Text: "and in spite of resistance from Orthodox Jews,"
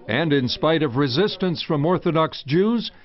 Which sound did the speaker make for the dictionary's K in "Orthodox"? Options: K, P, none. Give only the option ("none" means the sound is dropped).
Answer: K